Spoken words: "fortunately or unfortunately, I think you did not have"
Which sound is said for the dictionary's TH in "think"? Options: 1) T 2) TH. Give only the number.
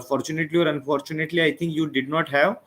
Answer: 1